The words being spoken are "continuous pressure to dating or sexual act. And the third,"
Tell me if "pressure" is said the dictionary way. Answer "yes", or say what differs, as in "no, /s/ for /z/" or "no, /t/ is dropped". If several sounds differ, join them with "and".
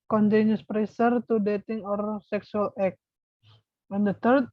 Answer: no, /s/ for /ʃ/